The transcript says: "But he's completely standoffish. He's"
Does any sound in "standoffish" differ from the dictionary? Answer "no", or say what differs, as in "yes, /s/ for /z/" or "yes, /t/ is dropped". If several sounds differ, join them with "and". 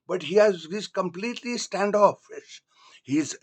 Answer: yes, /s/ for /ʃ/